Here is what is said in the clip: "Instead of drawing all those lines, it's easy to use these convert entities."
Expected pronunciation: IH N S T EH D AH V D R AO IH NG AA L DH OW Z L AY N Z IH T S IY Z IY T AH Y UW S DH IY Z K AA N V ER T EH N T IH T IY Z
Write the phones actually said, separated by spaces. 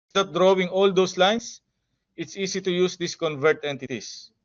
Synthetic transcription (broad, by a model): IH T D D R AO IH NG AA L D OW S L AY N S IH T S IY S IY T AH Y UW S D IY S K AA N V ER T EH N T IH T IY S